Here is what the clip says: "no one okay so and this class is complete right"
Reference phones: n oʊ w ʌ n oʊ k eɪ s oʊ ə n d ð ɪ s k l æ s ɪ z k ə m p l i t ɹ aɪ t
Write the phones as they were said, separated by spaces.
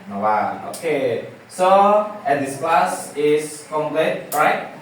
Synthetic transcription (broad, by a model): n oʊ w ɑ oʊ k eɪ s oʊ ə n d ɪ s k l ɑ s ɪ s k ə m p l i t ɹ aɪ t